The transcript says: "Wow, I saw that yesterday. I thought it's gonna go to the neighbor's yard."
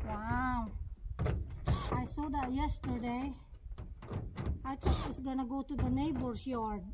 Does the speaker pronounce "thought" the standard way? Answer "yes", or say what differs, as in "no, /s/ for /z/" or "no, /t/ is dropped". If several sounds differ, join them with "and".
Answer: no, /t/ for /θ/